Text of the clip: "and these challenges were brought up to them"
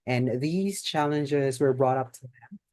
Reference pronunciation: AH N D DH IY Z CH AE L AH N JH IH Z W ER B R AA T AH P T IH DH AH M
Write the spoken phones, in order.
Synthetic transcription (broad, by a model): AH N DH IY Z CH AE L AH N JH IH Z W ER B R AA T AH P T IH DH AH M